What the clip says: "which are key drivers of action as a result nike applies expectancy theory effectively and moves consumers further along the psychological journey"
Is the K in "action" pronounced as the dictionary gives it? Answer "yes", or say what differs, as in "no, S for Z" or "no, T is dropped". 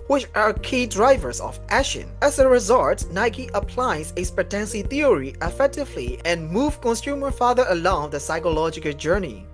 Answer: no, K is dropped